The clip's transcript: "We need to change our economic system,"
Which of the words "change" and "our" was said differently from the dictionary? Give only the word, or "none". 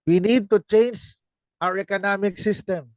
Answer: none